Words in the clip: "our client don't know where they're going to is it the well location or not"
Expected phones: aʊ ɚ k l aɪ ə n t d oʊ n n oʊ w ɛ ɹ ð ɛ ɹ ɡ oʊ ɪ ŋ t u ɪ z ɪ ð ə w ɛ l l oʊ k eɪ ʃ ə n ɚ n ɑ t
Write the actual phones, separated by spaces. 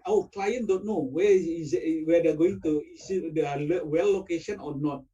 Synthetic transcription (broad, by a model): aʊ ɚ k l aɪ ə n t d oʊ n n oʊ w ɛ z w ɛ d ɡ oʊ ɪ ŋ t u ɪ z ɪ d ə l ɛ w l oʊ k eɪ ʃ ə n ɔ n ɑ t